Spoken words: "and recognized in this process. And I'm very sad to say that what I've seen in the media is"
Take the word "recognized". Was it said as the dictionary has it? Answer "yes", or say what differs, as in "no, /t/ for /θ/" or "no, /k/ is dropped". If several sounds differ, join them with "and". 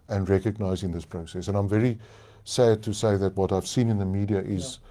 no, /d/ is dropped